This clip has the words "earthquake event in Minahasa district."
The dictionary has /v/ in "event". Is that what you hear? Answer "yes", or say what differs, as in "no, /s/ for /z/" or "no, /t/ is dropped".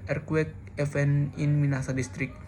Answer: no, /f/ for /v/